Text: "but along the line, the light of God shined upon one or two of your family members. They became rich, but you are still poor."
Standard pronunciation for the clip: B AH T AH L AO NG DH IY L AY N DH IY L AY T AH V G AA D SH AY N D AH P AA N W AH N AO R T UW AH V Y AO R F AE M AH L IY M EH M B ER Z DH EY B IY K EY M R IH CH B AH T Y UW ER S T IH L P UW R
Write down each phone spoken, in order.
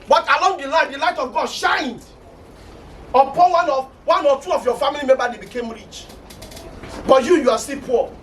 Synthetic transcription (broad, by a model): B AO T AH L AO NG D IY L AY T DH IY L AY T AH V G AA D SH AY N D AH P AA N W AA N AO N T UW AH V Y AO F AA M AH L IY M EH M B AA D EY B IY K EY M R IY CH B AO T Y UW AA S T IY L P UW